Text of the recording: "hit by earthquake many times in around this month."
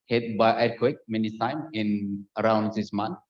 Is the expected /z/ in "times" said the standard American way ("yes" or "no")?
no